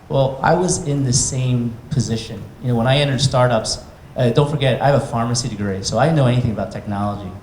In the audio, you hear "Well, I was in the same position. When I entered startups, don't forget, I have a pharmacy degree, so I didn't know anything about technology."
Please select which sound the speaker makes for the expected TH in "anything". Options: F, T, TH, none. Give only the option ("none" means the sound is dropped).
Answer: TH